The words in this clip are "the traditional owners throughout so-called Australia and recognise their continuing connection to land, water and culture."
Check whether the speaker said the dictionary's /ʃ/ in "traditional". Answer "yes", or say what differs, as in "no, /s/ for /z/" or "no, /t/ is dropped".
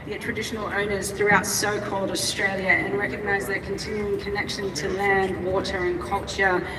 yes